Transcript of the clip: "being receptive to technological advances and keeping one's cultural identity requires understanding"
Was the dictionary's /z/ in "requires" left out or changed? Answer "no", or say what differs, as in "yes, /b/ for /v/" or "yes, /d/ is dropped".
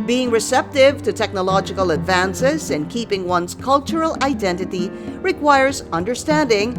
no